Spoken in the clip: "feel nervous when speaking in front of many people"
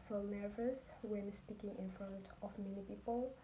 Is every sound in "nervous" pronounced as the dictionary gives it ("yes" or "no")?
yes